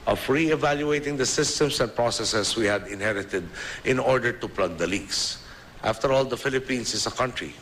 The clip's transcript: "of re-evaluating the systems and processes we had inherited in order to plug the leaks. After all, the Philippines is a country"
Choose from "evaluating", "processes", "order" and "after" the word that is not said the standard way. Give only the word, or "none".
processes